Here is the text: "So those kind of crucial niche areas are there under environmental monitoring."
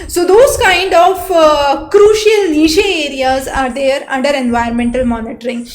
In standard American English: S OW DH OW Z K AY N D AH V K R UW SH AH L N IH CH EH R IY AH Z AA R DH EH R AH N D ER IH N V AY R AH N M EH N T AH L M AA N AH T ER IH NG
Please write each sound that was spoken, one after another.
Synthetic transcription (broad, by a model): S OW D OW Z K AY N D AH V K R UW SH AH L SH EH EH R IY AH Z AA R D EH R AH N D ER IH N V AY AH N M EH N T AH L M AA N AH T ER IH NG